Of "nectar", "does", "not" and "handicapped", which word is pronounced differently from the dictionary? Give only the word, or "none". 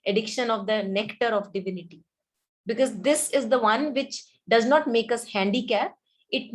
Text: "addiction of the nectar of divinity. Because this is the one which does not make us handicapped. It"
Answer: handicapped